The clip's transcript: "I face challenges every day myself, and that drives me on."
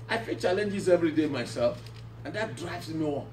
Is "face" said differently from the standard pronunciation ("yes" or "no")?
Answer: yes